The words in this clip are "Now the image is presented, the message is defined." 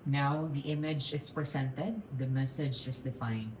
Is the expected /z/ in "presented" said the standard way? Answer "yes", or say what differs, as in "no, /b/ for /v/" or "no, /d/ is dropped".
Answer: no, /s/ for /z/